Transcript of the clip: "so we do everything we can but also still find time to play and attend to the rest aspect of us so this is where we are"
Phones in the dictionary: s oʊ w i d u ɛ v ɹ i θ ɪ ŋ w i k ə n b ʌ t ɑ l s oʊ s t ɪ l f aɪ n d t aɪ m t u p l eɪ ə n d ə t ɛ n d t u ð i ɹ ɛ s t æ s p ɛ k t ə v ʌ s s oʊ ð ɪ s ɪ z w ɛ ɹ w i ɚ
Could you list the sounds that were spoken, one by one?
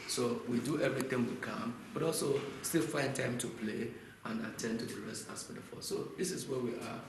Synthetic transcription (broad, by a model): s oʊ w i d u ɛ v ɹ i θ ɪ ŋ w i k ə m b ʌ t ɑ l s oʊ s t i l f aɪ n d t aɪ m t u p l eɪ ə n ə t ɛ n d t u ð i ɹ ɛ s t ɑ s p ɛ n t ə f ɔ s s oʊ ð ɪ s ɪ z w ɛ w i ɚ